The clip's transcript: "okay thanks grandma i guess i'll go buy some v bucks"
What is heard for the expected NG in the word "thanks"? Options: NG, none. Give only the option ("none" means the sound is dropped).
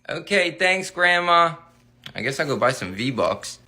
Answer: NG